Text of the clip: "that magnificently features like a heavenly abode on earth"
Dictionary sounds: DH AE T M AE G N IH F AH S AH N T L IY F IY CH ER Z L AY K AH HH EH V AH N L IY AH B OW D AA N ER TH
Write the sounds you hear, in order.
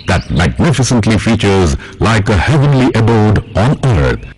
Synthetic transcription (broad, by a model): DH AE T M AE G N IH F AH S AH N T L IY F IY CH ER Z L AY K AH HH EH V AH N L IY AH B OW D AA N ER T